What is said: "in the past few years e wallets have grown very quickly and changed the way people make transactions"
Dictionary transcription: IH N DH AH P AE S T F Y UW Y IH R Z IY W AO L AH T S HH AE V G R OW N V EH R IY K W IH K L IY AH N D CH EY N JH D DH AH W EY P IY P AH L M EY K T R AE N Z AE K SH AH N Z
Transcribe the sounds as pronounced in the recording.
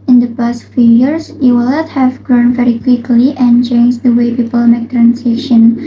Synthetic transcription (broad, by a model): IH N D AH P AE S T F Y UW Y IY R S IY W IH L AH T HH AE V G R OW N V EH R IY K W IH K L IY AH N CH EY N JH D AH W EY P IY P AH L M EY K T R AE N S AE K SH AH N